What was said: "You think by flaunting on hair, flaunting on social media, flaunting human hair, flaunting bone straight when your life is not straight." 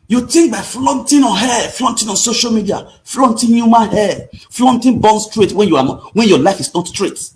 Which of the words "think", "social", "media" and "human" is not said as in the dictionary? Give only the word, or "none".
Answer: think